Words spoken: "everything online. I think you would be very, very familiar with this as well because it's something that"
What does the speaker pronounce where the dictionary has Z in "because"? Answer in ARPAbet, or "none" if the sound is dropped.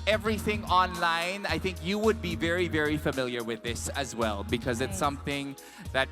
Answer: Z